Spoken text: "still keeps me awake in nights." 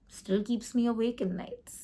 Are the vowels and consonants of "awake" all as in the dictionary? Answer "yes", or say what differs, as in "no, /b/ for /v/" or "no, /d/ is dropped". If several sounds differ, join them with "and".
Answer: yes